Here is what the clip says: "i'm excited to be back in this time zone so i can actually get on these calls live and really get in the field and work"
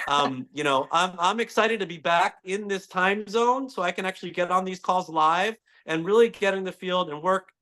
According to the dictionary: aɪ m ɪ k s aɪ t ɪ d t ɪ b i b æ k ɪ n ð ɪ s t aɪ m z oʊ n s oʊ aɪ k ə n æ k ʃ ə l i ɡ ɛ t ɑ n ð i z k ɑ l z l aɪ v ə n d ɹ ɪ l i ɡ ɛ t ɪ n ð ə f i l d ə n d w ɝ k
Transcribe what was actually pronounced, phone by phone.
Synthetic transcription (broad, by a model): aɪ m ɪ k s aɪ t ɪ d t ɪ b i b æ k ɪ n ð ɪ s t aɪ m z oʊ n s oʊ aɪ k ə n æ k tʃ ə l i ɡ ɛ t n ð i z k ɑ l z l aɪ v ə n ɹ ɪ l i ɡ ɛ t ɪ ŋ ð ə f i l d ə n w ɝ k